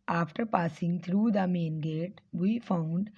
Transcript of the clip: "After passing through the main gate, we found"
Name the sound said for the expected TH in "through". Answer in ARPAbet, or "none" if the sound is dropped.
T